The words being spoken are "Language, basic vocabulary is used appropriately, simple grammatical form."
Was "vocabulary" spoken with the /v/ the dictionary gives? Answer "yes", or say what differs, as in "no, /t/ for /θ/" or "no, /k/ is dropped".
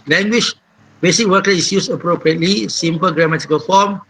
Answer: no, /w/ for /v/